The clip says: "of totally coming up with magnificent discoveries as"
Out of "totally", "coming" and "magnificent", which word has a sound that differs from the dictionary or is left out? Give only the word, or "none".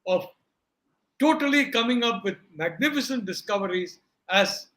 none